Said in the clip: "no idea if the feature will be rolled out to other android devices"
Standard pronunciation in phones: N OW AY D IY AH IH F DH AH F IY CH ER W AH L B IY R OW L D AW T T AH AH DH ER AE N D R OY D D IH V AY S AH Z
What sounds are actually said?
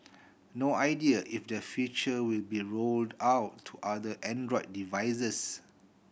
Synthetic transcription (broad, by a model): N OW AY D IY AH IH F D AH F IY CH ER W AH L B IY R OW L D AW T T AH AH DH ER N D R OY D D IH V AY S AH S